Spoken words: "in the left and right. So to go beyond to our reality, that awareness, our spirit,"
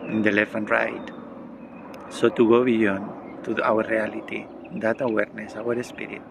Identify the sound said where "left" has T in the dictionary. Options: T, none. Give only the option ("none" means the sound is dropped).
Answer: none